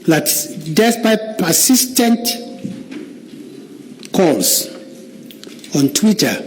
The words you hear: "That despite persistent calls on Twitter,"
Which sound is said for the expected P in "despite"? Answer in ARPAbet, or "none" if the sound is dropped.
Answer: B